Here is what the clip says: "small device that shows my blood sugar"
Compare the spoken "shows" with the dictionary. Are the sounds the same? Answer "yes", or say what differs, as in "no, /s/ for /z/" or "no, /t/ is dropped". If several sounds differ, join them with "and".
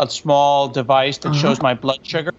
yes